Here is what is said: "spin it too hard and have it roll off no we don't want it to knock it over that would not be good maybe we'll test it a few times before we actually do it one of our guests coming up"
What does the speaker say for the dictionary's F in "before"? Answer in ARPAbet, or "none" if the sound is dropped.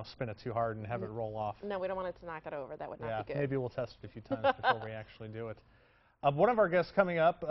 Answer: none